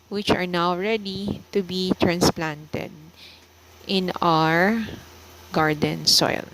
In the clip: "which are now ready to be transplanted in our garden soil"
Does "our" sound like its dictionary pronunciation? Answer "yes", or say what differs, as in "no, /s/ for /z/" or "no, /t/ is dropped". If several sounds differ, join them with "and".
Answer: yes